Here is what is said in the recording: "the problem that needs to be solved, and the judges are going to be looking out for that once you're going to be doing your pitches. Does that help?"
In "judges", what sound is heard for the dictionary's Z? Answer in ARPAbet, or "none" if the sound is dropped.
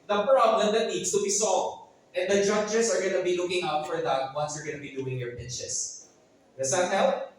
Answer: S